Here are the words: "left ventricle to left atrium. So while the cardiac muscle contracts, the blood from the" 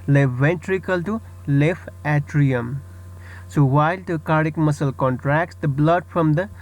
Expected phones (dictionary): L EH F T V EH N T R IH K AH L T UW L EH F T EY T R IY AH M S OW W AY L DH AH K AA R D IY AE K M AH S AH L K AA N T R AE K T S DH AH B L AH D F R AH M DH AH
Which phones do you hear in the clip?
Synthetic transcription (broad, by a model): L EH V EH N T R IH K AH L T UW L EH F EY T R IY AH M S OW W AY L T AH K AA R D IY K M AH S AH L K AA N T R AE K T S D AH B L AH D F R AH M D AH